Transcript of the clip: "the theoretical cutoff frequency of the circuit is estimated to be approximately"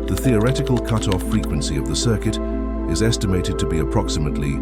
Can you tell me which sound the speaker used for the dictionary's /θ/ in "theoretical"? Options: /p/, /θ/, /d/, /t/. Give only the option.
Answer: /θ/